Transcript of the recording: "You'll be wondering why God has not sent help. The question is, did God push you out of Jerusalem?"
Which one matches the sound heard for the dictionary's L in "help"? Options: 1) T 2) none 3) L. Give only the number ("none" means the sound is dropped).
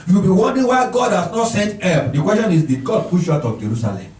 2